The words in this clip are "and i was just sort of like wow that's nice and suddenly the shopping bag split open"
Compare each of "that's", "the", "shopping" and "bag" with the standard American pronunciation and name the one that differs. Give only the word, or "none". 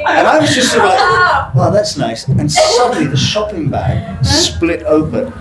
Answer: none